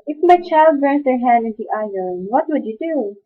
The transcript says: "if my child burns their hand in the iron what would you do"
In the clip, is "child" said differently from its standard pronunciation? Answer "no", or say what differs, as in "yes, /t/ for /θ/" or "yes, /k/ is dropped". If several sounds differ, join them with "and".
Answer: no